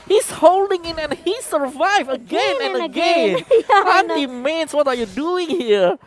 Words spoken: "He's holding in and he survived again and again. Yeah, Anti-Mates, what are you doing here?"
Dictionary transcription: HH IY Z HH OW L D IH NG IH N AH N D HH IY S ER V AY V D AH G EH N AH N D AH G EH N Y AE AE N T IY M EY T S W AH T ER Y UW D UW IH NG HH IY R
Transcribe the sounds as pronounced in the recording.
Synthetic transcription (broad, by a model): HH IY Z HH OW L D IH NG IH N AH N HH IY S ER V AY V AH G EH N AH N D AH G EH N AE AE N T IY M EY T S W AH T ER Y UW D UW IH NG HH IY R